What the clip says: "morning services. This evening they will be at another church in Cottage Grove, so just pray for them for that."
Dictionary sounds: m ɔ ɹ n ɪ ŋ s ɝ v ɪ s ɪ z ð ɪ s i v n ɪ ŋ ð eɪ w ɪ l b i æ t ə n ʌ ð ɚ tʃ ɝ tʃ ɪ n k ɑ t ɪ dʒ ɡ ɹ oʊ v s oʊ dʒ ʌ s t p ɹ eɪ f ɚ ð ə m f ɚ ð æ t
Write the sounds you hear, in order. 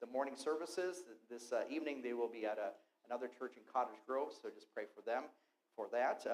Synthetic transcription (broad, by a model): m ɔ ɹ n ɪ ŋ s ɝ v ɪ s ɪ z ð ɪ s i v n ɪ ŋ ð eɪ w ɪ l b i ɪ t ə n ʌ ð ɚ tʃ ɝ tʃ ɪ n k ɑ t ɪ dʒ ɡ ɹ oʊ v s oʊ dʒ ʌ s p ɹ eɪ f ɚ ð ə m f ɚ ð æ t